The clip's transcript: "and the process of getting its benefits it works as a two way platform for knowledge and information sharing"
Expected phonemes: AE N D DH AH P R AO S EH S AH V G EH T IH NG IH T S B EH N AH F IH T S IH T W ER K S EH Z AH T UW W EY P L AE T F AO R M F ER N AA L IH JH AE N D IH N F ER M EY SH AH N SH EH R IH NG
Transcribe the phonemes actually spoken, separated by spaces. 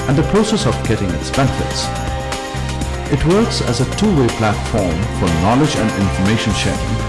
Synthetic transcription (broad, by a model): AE N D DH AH P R AO S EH S AH V G EH T IH NG IH T S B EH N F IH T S IH T W ER K S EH Z AH T UW W EY P L AE T F AO R M F ER N AA L IH JH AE N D IH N F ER M EY SH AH N SH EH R IH NG